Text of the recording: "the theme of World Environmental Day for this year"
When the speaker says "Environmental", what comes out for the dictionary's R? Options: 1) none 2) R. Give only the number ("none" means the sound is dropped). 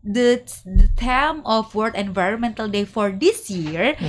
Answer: 2